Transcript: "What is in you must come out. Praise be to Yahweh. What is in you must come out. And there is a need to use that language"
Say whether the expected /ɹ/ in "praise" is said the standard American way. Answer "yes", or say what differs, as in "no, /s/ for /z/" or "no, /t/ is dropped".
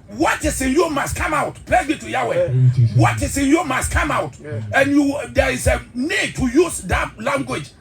no, /l/ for /ɹ/